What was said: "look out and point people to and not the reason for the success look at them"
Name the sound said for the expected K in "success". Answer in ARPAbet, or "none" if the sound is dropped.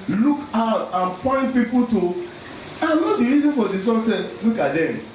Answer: none